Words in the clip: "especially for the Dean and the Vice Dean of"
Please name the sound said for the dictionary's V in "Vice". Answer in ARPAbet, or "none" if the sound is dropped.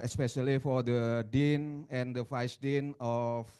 F